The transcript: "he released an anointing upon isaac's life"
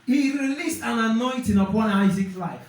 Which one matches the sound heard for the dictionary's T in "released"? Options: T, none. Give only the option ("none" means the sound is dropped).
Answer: T